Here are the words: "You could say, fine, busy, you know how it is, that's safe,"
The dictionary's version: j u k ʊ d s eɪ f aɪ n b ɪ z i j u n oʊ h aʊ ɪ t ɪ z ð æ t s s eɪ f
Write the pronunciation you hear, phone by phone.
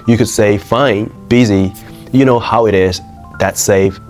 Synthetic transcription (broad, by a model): j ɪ k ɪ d s eɪ f aɪ n b ɪ z i j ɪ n oʊ h aʊ ɪ t ɪ z ð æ t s s eɪ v